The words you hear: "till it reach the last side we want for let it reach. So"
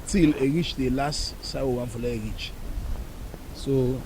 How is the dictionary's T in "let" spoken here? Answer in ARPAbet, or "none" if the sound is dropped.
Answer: none